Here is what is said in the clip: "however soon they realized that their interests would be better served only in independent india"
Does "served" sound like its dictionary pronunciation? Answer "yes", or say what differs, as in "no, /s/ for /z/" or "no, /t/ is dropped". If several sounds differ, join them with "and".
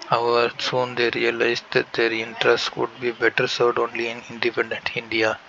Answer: no, /v/ is dropped